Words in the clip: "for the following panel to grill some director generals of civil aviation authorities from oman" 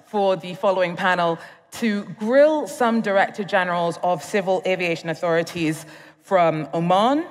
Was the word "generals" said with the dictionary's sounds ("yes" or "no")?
yes